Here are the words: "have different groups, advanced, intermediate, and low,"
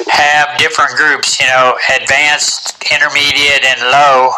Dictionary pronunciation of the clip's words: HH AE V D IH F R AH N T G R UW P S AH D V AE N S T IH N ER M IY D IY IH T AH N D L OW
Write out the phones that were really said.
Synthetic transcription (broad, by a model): HH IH V D IH F R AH N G R UW P S AH D V AE N S T IH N ER M IY D IY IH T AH N L OW